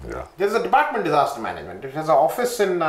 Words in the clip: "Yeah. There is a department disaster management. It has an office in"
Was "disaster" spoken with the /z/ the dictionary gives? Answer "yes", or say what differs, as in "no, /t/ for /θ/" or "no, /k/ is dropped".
yes